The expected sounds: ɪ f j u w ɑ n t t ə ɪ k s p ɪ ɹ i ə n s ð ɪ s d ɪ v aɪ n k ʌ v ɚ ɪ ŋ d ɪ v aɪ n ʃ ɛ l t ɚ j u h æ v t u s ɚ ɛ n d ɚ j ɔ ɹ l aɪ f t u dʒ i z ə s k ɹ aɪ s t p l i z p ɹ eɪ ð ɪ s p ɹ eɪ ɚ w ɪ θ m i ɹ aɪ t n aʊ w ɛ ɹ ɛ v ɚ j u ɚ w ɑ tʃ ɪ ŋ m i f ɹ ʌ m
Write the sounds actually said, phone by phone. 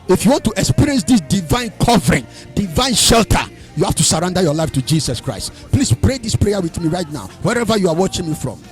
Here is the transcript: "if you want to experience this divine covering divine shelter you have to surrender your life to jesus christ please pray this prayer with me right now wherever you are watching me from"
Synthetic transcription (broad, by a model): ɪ f j u w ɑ n t t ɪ k s p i ɹ i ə n s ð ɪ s d ɪ v aɪ n k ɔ v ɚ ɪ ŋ d ɪ v aɪ n ʃ ɛ l t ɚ j u h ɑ f t u s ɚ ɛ n d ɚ j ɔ l aɪ f t u dʒ i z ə s k ɹ aɪ s t p l i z p ɹ eɪ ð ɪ s p ɹ eɪ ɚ w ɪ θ m i ɹ aɪ t n aʊ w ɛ ɹ ɛ v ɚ j u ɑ w ɑ tʃ ɪ ŋ m i f ɹ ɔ m